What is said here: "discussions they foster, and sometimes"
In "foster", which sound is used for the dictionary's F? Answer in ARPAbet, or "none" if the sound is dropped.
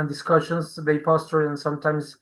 P